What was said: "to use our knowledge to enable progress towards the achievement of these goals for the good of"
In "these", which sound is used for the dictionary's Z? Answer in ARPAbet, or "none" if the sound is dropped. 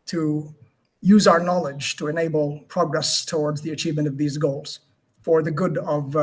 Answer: Z